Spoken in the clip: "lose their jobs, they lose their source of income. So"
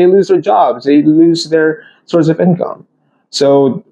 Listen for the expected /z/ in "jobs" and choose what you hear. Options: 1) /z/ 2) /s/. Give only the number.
1